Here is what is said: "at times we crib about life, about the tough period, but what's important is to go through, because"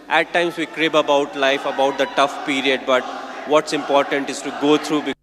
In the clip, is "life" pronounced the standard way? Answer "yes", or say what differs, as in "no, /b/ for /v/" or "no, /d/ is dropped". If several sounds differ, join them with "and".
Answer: yes